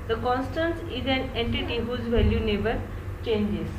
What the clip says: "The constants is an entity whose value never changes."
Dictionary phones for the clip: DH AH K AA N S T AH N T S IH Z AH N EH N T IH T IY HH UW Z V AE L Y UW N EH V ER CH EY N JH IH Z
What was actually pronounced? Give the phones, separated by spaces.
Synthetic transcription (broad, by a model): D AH K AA N S T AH N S IH Z AH N EH N T IH T IY HH UW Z V AE L Y UW N EH B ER CH EY N JH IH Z